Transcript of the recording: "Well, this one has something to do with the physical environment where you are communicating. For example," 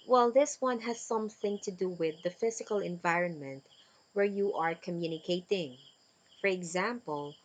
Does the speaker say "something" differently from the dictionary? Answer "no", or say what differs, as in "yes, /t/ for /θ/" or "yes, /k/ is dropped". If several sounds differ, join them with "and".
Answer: no